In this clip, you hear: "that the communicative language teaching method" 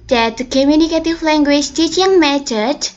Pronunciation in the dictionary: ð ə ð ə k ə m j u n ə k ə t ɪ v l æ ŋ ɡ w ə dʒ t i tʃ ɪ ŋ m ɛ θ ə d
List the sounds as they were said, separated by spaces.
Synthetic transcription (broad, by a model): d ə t k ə m j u n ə k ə t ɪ f l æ ŋ ɡ w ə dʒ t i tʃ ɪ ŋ m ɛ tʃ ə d